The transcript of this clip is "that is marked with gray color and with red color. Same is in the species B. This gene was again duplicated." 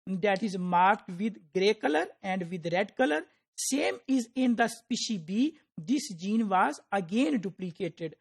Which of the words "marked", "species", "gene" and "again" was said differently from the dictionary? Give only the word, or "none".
species